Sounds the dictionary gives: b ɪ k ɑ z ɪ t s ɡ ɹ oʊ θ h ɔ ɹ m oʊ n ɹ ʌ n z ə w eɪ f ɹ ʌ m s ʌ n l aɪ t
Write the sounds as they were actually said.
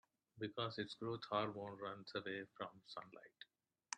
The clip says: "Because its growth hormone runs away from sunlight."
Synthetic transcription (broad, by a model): b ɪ k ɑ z ɪ t s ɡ ɹ oʊ t h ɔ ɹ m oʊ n ɹ ʌ n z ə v eɪ f ɹ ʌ m s ʌ n l aɪ t